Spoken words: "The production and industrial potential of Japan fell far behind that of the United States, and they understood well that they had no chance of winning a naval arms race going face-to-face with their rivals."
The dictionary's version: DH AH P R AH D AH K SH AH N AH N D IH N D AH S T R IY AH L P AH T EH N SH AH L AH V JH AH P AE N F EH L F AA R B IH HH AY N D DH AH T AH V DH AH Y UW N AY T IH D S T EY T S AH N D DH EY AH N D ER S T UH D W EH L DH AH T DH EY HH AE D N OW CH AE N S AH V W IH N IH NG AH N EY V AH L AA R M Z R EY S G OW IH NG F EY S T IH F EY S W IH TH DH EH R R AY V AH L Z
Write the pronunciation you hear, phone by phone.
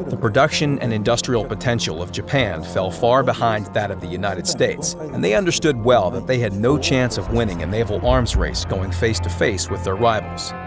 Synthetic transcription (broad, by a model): DH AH P R AH D AH K SH AH N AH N IH N D AH S T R IY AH L P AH T EH N SH L AH V JH AH P AE N F EH L F AA R B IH HH AY N DH AH T AH V DH AH Y UW N AY T IH D S T EY T S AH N DH EY AH N D ER S T UH D W EH L DH AH T DH EY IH D N OW CH AE N S AH V W IH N IH NG AH N EY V L AA R M Z R EY S G OW IH NG F EY S T IH F EY S W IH DH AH R R AY V L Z